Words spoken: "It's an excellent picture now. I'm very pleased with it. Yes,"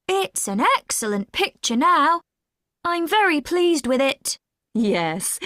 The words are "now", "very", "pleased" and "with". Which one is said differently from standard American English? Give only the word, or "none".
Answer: none